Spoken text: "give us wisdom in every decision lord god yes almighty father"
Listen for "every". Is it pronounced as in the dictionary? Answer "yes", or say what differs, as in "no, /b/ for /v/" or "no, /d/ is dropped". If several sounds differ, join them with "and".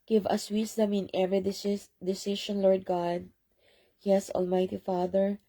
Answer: no, /ɹ/ is dropped